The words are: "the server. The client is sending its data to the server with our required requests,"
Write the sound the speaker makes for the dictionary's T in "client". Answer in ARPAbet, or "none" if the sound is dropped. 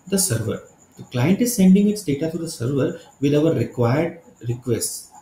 T